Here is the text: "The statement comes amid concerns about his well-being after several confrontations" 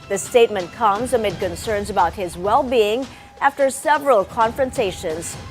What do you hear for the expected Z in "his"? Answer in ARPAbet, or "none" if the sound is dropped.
Z